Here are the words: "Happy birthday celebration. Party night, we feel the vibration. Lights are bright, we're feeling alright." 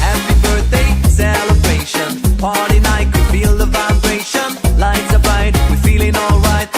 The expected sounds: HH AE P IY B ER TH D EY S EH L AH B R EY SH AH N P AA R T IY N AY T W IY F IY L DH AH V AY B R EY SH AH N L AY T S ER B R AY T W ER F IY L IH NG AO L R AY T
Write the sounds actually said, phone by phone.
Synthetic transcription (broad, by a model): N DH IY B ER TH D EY S EH L AH B R EY SH AH N P AA R T IY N AY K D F IY L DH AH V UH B R EY SH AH N L AY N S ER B AY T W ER F IY L IH NG AO L R AY T